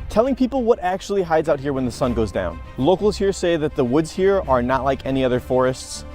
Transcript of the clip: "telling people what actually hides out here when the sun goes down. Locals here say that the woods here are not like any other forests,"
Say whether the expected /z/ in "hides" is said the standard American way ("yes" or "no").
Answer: yes